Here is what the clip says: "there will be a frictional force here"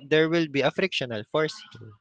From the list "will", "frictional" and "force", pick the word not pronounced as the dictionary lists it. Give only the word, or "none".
none